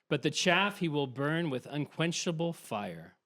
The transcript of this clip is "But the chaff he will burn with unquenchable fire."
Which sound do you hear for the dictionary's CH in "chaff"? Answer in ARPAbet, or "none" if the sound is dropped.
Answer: CH